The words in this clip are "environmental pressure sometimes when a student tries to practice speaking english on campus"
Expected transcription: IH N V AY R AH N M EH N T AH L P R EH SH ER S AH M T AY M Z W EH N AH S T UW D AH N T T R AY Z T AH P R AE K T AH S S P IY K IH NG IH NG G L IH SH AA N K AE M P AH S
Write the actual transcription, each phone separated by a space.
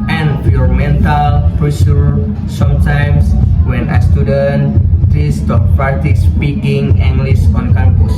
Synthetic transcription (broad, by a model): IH N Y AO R M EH N T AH L P R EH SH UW S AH M T AY M S W EH N AH S T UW D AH N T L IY S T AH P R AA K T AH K S P IY K IH NG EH NG G L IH S AA N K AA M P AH S